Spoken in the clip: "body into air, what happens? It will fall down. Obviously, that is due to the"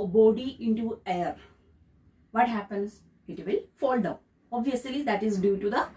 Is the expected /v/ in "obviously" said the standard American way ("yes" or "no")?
yes